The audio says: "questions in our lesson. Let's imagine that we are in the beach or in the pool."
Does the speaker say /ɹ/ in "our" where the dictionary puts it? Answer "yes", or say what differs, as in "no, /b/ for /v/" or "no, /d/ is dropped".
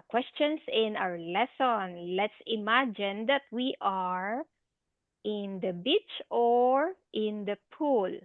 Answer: no, /w/ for /ɹ/